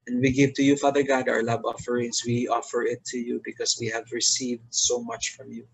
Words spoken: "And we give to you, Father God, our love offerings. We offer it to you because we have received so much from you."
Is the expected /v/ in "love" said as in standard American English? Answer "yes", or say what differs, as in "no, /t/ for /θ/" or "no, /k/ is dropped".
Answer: no, /b/ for /v/